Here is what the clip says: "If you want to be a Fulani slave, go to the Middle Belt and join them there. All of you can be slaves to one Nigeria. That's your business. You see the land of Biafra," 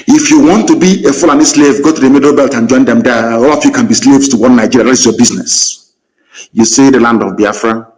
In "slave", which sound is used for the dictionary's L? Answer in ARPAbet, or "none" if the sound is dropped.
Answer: L